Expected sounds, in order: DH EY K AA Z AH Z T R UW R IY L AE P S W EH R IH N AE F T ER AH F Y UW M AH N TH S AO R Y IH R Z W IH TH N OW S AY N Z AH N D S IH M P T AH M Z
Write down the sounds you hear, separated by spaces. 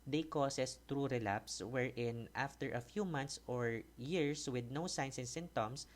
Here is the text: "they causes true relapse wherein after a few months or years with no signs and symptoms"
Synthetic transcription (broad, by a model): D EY K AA S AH S T R UW R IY L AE P S W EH R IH N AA F T ER AH F Y UW M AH N T S AO R Y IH R S W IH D N OW S AY N S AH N S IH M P T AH M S